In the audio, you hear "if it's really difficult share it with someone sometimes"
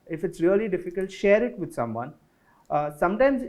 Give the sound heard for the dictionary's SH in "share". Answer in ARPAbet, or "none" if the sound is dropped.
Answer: SH